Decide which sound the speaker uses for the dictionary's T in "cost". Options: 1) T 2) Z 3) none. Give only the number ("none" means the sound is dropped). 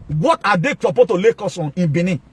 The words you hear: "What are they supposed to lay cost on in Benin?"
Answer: 3